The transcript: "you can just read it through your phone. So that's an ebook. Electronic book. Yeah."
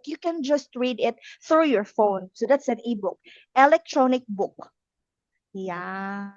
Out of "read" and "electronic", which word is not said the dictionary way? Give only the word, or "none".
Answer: none